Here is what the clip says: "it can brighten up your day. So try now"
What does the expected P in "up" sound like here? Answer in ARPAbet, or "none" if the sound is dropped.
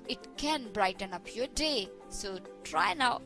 P